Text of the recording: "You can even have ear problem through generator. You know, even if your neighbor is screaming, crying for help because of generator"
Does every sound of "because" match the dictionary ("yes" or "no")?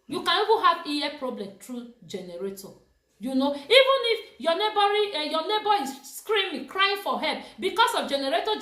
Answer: no